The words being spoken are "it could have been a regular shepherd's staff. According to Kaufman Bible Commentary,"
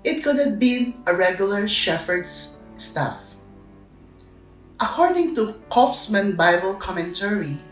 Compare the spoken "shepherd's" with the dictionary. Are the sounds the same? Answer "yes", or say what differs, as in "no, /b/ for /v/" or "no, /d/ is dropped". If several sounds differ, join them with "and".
no, /f/ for /p/